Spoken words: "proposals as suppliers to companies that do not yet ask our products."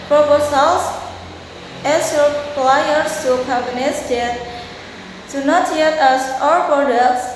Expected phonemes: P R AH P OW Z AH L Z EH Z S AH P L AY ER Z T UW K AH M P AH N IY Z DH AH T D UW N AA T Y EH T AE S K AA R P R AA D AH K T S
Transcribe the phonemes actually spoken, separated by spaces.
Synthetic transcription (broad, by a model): P R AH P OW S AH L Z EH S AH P L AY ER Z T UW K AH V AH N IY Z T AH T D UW N AA T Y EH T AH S AA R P R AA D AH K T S